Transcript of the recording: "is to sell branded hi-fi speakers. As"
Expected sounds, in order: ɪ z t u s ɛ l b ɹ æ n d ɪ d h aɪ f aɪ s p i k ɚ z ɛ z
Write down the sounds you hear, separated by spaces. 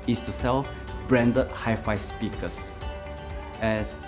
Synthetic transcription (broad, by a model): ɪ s t u s ɛ l b ɹ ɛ n d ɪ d h aɪ f aɪ s p i k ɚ s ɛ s